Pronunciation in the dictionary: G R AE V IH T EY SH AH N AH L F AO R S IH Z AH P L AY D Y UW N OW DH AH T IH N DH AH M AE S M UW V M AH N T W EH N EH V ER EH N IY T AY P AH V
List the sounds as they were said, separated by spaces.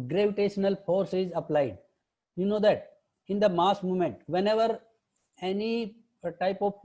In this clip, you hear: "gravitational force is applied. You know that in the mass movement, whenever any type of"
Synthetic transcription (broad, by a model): G R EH V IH T EY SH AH N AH L F AO R S IH Z AH P L AY D Y UW N OW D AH T IH N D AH M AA S M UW M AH N T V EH N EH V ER EH N IY T AY P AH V